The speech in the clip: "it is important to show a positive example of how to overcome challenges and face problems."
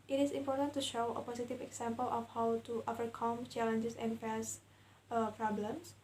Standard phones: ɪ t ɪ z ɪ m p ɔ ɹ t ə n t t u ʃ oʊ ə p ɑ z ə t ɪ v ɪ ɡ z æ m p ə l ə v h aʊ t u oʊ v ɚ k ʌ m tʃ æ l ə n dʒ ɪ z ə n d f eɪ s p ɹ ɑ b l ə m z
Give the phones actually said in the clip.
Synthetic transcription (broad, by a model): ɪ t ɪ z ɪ m p ɔ ɹ t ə n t t u ʃ oʊ ə p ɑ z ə t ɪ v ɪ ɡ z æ m p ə l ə f h aʊ t u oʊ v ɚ k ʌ m tʃ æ l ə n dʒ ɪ s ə n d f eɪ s p ɹ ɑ b l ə m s